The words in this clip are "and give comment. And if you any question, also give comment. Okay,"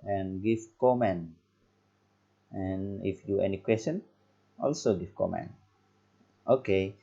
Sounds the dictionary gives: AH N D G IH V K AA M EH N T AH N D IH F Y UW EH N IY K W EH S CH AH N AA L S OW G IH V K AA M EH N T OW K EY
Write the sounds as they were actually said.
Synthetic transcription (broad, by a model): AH N G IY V K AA M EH N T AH N IH F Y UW EH N IY K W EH S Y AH N AA L S OW G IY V K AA M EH N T OW K EY